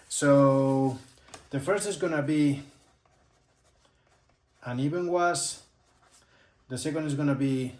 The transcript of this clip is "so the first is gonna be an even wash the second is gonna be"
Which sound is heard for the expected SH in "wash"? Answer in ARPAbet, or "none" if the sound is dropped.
S